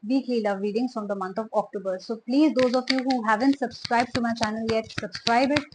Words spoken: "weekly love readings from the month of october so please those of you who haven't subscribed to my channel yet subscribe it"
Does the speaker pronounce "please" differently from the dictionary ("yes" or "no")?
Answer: no